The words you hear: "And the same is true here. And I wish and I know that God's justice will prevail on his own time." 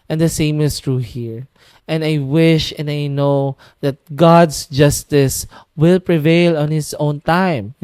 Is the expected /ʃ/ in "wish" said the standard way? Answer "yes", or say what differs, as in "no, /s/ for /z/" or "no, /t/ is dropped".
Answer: yes